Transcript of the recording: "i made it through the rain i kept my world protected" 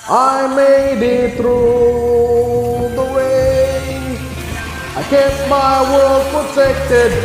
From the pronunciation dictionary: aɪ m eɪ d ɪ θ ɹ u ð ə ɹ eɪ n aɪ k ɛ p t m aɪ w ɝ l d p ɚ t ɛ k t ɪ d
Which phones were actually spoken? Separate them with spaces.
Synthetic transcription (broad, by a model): aɪ m eɪ d ɪ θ ɹ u ð ə w eɪ aɪ k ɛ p m aɪ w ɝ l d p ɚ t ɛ k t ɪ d